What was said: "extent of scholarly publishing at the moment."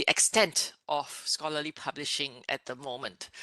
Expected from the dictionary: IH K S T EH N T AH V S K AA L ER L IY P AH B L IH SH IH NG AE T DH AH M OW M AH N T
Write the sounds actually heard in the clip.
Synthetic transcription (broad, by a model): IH K S T EH N T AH F S K AA L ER L IY P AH B L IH SH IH NG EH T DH AH M OW M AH N T